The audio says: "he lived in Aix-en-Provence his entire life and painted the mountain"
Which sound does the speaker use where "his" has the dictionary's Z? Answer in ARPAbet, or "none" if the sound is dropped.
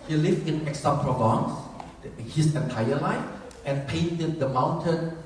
S